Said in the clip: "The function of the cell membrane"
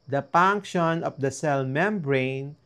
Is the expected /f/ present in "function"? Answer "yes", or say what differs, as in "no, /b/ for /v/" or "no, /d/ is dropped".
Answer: no, /p/ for /f/